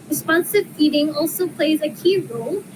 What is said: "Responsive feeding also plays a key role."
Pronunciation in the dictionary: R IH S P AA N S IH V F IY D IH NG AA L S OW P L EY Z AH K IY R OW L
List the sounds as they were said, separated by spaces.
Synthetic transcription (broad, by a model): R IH S P AA N S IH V F IY D IH NG AA L S OW P L EY Z AH K IY R OW L